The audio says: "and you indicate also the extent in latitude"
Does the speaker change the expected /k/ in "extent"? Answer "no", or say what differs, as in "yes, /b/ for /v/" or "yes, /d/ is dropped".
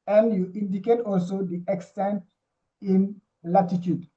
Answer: no